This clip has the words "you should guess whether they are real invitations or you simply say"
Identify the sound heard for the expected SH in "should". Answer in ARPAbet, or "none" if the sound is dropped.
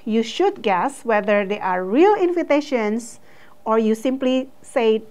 SH